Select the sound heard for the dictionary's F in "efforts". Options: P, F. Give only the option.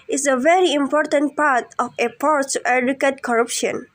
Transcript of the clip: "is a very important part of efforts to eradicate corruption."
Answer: P